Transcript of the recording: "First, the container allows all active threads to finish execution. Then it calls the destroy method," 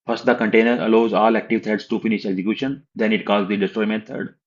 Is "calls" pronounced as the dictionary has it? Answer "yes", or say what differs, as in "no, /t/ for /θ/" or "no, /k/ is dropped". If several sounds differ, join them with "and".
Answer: no, /l/ is dropped